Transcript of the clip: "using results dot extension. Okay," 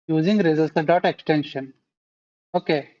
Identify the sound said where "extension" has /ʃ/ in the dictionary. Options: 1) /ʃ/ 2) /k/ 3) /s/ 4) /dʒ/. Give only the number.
1